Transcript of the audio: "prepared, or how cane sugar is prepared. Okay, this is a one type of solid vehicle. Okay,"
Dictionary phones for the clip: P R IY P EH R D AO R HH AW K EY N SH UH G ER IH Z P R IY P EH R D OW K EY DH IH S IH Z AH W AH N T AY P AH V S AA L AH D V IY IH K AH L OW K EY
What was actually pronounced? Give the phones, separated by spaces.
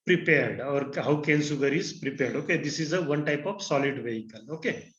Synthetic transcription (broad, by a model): P R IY P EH R D AO R HH AW K EY N S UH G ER IH Z P R IY P EH R D OW K EY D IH S IH Z AH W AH N T AY P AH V S AA L AH D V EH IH K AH L OW K EY